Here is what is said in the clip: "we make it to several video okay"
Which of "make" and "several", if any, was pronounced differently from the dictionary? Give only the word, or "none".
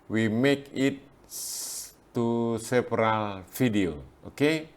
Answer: several